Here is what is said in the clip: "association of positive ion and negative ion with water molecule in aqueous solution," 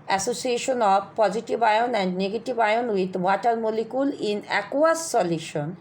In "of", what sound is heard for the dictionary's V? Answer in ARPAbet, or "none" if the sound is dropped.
B